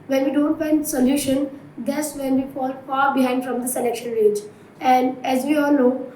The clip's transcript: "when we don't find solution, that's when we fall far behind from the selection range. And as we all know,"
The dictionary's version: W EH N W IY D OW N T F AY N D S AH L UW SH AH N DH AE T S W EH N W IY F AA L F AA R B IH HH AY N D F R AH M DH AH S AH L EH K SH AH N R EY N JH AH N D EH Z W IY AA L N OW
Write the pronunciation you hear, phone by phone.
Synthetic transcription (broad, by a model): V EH N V IY D OW N T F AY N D S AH L UW SH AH N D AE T S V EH N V IY F AA L F AA R B IH HH AY N D F R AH M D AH S AH L EH K SH AH N R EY JH AH N D EH Z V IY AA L N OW